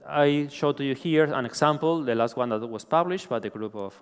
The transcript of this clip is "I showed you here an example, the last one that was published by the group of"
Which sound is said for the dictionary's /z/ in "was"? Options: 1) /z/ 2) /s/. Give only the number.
2